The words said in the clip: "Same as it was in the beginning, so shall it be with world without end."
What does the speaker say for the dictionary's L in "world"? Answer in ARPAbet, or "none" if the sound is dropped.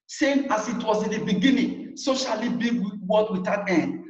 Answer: none